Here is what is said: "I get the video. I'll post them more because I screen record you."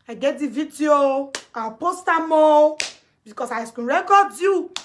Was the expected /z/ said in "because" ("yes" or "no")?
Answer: no